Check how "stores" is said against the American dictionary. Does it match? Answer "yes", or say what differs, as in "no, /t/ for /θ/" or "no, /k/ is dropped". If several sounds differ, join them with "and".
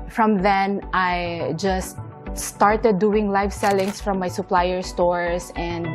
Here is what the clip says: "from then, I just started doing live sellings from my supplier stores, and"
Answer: no, /s/ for /z/